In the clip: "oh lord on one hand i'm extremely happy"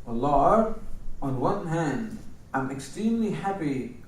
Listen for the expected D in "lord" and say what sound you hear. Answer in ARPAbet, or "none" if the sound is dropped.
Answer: none